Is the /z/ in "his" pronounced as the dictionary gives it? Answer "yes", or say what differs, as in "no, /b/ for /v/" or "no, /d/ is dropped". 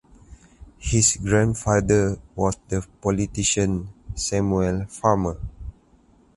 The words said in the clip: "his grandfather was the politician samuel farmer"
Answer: no, /s/ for /z/